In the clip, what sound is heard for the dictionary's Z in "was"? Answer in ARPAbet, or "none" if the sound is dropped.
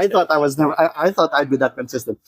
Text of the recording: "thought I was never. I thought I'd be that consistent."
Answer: Z